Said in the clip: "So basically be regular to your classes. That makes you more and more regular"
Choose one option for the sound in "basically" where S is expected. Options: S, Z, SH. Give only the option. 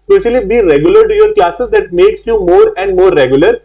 SH